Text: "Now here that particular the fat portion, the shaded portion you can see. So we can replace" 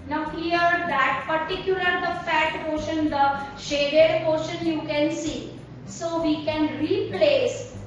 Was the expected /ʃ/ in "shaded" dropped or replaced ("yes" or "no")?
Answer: no